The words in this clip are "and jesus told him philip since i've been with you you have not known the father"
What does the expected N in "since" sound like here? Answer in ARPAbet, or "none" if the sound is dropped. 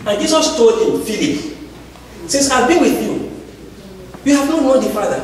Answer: none